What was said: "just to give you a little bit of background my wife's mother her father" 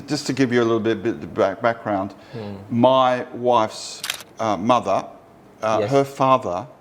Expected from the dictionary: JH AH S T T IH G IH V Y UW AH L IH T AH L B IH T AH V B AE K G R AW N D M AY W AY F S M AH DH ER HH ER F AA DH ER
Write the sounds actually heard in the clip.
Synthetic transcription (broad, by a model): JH AH S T T IH G IH V Y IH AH L IH T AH B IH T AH B B AE K G R AW N D M AY W AY F S M AH DH ER HH ER F AA DH ER